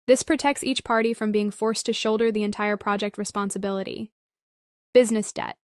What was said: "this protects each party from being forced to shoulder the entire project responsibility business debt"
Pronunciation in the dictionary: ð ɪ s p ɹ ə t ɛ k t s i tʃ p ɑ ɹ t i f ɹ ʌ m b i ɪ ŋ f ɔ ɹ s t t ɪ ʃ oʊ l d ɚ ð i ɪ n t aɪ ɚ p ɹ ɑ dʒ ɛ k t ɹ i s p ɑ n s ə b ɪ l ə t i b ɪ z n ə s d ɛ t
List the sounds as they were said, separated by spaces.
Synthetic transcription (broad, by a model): ð ɪ s p ɹ ə t ɛ k t s i tʃ p ɑ ɹ t i f ɹ ʌ m b i ɪ ŋ f ɔ ɹ s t t ɪ ʃ oʊ l d ɚ ð i ɪ n t aɪ ɚ p ɹ ɑ dʒ ɛ k t ɹ i s p ɑ n s ə b ɪ l ə t i b ɪ z n ə s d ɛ t